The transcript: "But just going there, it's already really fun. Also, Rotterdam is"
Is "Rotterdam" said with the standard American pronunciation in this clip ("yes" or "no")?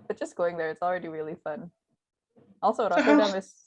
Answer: no